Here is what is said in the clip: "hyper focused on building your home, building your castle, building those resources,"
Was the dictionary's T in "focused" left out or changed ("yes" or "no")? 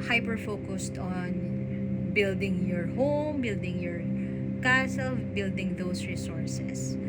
no